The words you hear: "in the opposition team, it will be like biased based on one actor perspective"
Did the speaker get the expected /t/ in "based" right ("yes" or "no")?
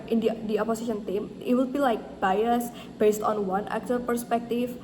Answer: yes